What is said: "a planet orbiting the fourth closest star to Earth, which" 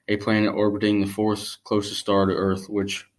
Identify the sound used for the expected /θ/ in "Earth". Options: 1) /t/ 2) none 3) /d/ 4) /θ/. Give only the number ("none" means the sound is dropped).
4